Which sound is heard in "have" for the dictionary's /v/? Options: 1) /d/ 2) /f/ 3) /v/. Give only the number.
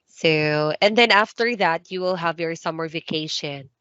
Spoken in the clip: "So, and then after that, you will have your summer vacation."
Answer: 3